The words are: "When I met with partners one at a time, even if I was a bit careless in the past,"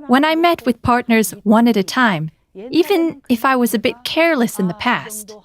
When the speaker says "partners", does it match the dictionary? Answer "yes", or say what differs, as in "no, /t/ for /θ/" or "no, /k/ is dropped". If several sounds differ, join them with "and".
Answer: yes